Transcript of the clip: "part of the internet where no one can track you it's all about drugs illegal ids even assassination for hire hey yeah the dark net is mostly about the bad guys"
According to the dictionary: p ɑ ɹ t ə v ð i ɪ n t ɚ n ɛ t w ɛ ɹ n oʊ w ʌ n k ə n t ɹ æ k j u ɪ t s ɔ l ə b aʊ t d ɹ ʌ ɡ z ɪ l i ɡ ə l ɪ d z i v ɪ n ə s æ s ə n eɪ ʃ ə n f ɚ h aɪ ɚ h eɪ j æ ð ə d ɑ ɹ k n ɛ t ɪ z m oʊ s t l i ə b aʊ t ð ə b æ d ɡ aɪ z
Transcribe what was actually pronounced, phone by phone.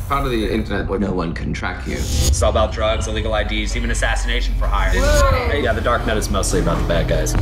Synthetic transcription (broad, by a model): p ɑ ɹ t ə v ð i ɪ n t ɚ n ɛ t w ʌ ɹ n oʊ w ʌ n k ə n t ɹ æ k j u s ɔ ə b aʊ t d ɹ ʌ ɡ z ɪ l i ɡ l ɪ d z i v ɪ n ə s æ s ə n eɪ ʃ n f ɚ h aɪ ɚ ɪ j æ ð ə d ɑ ɹ k n ɛ t ɪ z m oʊ s t l i ə b aʊ t ð ə b æ d ɡ aɪ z